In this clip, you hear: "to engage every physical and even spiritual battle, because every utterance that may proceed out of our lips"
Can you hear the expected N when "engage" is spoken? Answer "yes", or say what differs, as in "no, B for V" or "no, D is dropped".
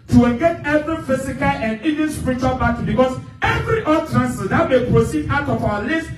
no, L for N